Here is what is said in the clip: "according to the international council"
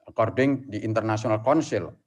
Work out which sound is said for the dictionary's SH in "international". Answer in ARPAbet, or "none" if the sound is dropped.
S